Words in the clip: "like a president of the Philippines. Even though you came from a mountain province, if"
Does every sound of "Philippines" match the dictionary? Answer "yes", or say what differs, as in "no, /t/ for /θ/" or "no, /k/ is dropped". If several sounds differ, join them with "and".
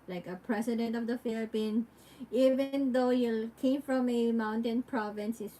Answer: no, /z/ is dropped